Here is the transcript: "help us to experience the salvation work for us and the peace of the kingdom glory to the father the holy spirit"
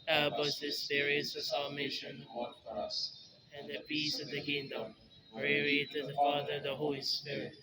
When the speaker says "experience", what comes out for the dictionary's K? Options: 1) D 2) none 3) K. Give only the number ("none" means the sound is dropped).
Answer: 2